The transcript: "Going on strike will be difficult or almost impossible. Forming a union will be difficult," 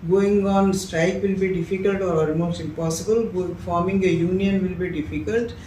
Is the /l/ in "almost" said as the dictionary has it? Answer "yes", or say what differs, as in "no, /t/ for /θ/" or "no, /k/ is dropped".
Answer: no, /l/ is dropped